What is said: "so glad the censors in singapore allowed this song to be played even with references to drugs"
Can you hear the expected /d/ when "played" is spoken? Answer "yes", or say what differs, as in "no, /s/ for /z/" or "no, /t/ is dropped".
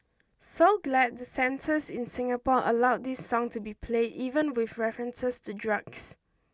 yes